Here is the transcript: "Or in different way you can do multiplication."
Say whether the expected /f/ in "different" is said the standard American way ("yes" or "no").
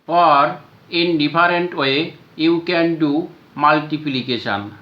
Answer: no